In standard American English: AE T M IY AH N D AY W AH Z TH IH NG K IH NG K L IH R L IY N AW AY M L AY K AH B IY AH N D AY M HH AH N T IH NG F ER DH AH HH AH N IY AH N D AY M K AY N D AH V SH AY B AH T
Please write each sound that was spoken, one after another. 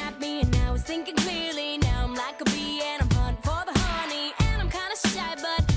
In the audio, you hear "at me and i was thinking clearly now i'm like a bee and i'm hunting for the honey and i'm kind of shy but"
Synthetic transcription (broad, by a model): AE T M IY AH N AY W AH Z TH IH NG K IH NG K L IH R L IY N AW AY M L AY K AH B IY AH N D AY M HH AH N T F ER DH AH HH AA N IY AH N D AY M K AY N D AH SH AY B AH T